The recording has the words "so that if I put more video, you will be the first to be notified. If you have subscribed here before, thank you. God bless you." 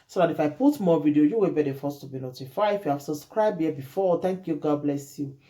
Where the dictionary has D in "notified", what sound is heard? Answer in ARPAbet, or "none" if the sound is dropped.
none